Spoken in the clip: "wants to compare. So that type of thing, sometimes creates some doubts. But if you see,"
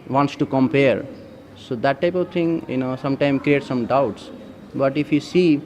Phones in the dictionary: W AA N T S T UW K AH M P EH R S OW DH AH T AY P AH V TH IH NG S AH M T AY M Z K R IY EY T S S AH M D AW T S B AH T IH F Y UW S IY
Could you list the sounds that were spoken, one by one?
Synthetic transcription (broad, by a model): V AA N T S T UW K AH M P EH R S OW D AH T AY P AH V T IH NG S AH M T AY M K R IY EY T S S AH M D AW T S B AH T IH F Y UW S IY